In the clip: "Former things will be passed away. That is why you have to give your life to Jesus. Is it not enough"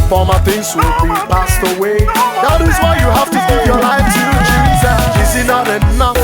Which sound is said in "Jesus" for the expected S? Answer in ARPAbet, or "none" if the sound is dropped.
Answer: none